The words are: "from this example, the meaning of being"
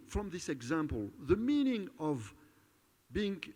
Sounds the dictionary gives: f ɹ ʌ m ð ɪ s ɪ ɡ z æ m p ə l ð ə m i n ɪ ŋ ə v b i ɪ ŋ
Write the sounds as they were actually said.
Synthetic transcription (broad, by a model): f ɹ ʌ m ð ɪ s ɪ ɡ z æ m p ə l ð ə m i n ɪ ŋ ə v b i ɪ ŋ